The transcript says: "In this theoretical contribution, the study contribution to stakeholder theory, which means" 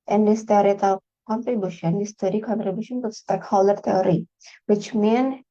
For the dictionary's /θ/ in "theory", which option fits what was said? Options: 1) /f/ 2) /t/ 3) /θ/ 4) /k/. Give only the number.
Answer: 2